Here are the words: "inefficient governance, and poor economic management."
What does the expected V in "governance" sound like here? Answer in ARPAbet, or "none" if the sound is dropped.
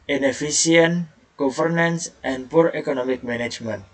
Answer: F